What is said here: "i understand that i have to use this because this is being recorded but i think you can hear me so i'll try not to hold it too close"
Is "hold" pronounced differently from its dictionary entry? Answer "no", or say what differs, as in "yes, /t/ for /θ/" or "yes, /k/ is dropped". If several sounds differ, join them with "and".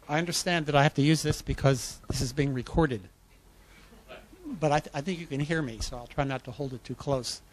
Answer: no